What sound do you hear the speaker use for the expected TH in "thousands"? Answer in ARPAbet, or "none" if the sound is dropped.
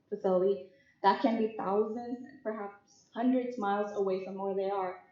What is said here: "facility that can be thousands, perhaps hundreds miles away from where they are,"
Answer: TH